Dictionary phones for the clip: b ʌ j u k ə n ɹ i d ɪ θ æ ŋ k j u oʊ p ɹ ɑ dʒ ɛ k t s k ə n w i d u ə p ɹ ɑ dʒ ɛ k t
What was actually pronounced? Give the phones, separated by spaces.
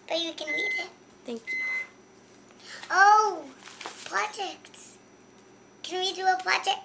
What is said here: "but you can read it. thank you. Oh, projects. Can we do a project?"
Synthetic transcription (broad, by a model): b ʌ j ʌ k ə n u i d ɪ t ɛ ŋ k j u oʊ p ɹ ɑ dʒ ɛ k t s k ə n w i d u ə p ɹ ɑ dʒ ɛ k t